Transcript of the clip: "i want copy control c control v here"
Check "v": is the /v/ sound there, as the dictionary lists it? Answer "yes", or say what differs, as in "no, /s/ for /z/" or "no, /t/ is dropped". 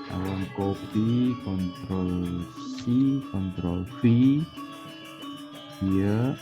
no, /p/ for /v/